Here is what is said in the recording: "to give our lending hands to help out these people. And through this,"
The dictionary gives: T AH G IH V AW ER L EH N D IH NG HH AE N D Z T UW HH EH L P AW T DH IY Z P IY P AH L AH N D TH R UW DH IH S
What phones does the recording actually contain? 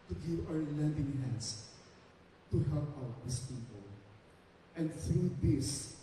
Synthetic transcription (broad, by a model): T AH G IH V AW ER L EH N D IH NG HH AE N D S T UW HH EH L P AW T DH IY S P IY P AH L AH N D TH R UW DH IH S